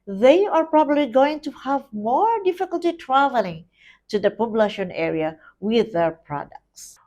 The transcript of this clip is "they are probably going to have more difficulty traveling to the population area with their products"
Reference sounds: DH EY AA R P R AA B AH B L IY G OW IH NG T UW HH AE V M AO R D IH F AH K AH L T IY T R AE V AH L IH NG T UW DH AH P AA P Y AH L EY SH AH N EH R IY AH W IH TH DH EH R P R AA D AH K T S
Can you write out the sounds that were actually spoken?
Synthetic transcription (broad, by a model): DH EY AA R P R AA B AH B L IY G OW IH NG T UW HH AE V M AO R D IH F AH K AH L T IY T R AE V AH L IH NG T UW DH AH P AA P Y L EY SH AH N EH R IY AH W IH DH EH R P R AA D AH K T S